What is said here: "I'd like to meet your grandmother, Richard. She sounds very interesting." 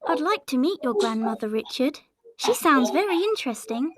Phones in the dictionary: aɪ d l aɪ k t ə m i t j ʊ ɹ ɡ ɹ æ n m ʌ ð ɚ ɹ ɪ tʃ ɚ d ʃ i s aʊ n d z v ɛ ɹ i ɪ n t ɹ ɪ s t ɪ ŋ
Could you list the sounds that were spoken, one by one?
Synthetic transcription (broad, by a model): aɪ d l aɪ k t ə m i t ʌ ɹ ɡ ɹ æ n m ʌ ð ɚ ɹ ɪ tʃ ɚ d ʃ i s aʊ n d z v ɛ ɹ i ɪ n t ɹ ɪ s t ɪ ŋ